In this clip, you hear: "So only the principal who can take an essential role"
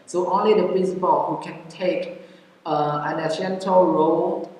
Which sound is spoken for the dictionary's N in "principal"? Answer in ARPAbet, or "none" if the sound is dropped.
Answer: N